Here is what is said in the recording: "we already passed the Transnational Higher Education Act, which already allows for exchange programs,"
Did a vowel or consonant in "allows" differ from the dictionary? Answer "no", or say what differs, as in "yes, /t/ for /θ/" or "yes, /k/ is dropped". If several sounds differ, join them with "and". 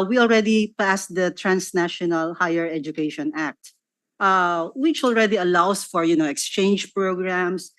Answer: yes, /s/ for /z/